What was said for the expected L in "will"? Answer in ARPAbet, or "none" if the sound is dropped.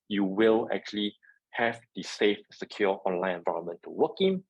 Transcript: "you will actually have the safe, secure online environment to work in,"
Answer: L